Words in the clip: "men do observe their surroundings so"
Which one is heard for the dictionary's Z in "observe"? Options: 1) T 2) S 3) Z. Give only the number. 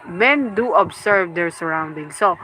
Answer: 2